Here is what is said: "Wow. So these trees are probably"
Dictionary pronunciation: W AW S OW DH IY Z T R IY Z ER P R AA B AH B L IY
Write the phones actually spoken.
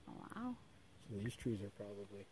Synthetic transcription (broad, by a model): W AW S OW DH IY Z T R IY Z ER P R AA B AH B L IY